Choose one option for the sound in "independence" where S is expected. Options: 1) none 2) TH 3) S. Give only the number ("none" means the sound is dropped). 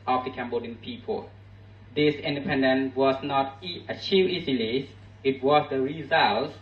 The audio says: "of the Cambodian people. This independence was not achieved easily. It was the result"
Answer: 1